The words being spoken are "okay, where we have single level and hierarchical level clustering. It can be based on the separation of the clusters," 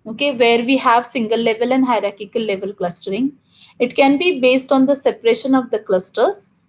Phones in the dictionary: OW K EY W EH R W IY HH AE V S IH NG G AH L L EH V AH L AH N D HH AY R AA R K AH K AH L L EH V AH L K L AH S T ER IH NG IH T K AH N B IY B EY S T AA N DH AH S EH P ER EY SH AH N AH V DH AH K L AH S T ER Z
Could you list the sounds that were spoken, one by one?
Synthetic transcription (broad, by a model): OW K EY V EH R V IY HH AE V S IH NG G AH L L EH V AH L AH N D HH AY R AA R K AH K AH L L EH V AH L K L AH S T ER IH NG IH T K AH N B IY B EY S T AA N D AH S EH P ER EY SH AH N AH V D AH K L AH S T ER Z